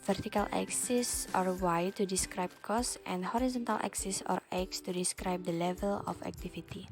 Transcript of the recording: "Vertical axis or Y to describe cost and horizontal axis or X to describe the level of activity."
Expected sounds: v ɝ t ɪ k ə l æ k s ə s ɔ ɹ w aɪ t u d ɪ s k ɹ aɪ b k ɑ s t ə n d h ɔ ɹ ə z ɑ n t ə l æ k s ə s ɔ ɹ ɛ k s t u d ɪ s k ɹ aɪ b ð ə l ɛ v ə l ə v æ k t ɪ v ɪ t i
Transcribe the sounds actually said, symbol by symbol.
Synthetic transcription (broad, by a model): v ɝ t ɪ k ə l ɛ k s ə s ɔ ɹ w aɪ t u d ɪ s k ɹ aɪ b k ɑ s t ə n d h ɔ ɹ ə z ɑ n t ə l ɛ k s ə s ɔ ɹ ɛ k s t u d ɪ s k ɹ aɪ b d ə l ɛ v ə l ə f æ k t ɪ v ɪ t i